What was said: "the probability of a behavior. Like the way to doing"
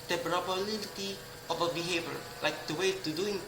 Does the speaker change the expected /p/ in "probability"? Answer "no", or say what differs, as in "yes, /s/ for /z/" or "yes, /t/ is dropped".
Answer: yes, /b/ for /p/